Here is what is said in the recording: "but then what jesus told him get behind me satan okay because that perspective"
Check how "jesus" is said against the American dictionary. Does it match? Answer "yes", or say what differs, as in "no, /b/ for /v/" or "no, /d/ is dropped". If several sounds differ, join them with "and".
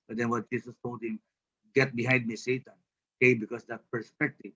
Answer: no, /s/ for /z/